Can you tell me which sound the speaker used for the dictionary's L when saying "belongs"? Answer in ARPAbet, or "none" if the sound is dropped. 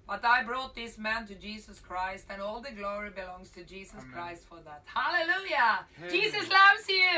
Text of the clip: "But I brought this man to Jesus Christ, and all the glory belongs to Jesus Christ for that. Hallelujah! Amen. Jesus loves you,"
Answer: L